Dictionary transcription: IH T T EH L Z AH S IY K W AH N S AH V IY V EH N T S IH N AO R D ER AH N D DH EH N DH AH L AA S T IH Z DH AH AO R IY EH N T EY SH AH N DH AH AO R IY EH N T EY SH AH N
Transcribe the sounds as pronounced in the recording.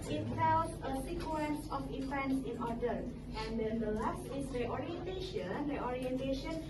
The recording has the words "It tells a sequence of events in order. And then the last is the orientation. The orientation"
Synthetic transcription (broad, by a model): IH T S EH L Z AH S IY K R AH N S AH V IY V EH N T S IH N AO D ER AH N D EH N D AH L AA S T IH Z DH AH AO R IY EH N T EY SH AH N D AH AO R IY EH N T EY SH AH N